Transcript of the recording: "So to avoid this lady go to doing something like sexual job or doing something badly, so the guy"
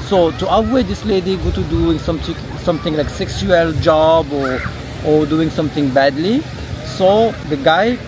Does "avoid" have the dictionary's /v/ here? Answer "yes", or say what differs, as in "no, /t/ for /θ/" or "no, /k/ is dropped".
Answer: no, /w/ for /v/